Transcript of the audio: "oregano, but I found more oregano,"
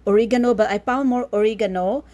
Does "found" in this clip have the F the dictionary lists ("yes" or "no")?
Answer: no